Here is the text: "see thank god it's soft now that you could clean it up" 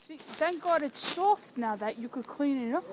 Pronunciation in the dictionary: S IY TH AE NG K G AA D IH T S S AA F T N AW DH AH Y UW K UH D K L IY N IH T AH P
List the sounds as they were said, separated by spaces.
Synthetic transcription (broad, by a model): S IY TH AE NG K G AA D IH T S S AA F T N AW DH AH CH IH K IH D K L IY N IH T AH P